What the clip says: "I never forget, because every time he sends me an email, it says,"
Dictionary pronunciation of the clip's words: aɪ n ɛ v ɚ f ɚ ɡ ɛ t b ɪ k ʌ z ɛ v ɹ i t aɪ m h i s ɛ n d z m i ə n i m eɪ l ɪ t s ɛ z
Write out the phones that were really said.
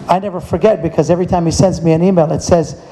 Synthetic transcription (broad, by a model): aɪ n ɛ v ɚ f ɚ ɡ ɛ t b ɪ k ʌ z ɛ v ɹ i t aɪ m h i s ɛ n d z m i ə n i m eɪ l ɪ t s ɛ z